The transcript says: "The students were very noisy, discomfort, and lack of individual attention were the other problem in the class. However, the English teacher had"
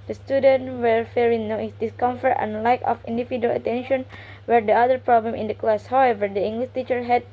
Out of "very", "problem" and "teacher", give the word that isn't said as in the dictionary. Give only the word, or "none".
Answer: very